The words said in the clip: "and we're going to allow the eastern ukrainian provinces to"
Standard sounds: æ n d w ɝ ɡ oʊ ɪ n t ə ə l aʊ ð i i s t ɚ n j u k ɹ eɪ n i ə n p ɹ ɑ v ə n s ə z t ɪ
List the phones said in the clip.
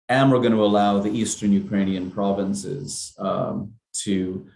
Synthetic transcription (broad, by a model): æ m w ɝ ɡ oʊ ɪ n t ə ə l aʊ ð i i s t ɚ n j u k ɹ eɪ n i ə n p ɹ ɑ v ə n s ə z t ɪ